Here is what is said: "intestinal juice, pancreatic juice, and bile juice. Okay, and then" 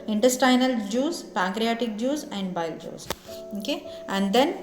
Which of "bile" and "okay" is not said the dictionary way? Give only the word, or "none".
none